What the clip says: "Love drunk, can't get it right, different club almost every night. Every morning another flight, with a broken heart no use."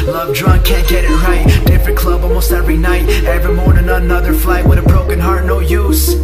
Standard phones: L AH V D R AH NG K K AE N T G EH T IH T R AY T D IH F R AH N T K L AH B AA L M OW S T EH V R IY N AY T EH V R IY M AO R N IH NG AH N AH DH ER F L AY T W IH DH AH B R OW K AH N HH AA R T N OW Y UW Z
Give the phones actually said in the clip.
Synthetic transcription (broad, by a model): L AH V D R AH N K K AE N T G EH T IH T R AY T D IH F R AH N K L AH B AA L M OW S T EH V R IY N AY T EH V R IY M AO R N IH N AH N AH DH ER F L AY W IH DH AH B R OW K AH N HH AA R T N OW Y UW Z